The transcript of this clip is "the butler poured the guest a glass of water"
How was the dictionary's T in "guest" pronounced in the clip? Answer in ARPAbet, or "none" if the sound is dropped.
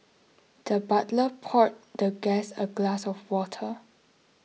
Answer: none